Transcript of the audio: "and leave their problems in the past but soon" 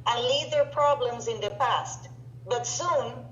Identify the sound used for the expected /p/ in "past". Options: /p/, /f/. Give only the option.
/p/